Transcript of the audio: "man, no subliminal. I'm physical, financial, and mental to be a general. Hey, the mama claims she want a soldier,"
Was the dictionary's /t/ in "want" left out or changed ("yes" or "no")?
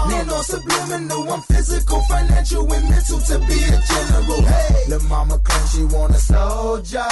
yes